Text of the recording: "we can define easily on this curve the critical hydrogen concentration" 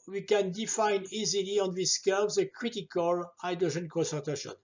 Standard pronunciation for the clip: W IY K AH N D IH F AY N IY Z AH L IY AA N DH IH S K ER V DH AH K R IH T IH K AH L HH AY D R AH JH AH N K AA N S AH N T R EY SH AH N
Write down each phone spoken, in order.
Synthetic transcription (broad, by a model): W IY K AH N D IH F AY N IY Z AH L IY AA N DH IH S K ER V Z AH K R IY T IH K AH L AY D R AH ZH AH N K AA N S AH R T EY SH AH N